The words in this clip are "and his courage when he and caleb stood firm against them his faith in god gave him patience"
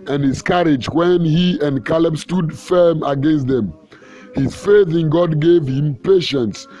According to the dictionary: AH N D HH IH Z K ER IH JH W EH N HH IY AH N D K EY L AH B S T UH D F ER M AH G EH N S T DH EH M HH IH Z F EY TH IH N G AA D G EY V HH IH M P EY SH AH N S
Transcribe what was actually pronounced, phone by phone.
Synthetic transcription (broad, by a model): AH N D HH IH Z K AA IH JH W EH N HH IY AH N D K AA L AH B S T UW D F ER M AH G EH N S T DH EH M HH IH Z F EY TH IH N G AA D G EY V HH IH M P EY SH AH N S